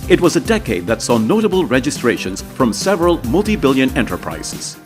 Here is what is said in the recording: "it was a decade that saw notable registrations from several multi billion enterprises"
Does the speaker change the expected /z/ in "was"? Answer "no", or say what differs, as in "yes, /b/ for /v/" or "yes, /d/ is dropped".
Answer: no